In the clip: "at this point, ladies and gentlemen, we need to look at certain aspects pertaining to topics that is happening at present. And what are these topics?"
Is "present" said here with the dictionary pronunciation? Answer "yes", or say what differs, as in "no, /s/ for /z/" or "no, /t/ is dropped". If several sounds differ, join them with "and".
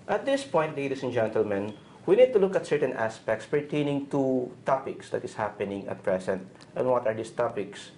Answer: no, /s/ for /z/